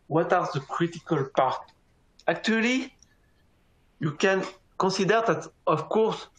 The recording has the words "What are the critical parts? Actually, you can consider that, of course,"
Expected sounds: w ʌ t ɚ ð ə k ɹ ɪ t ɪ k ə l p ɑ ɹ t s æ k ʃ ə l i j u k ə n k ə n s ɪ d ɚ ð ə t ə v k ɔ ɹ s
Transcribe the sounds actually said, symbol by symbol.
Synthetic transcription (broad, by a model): w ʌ t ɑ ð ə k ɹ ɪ t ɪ k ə l p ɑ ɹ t æ k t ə l i j u k ə n k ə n s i d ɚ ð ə t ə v k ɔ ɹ s